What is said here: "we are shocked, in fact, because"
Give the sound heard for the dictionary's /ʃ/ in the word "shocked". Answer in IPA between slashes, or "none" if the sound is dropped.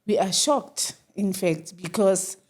/ʃ/